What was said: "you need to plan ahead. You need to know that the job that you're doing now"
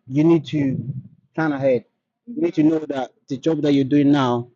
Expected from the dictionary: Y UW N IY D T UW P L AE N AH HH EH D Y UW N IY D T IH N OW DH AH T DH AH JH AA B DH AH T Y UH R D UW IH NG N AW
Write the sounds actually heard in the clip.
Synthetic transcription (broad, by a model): Y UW N IY D T UW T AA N AH HH EH D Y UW N IY D T IH N OW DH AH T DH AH JH AA B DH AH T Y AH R D UW IH NG N AW